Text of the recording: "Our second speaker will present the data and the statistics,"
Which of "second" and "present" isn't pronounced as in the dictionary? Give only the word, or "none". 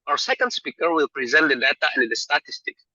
none